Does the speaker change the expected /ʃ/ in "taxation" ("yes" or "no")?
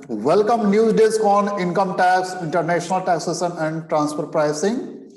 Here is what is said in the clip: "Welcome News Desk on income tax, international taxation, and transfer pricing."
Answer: yes